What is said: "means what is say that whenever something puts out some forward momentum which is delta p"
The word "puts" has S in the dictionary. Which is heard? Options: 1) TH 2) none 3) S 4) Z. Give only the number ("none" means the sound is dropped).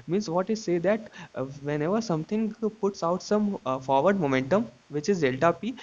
3